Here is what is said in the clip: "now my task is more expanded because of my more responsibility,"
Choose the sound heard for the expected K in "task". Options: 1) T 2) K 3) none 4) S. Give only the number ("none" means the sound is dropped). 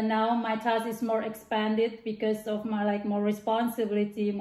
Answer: 3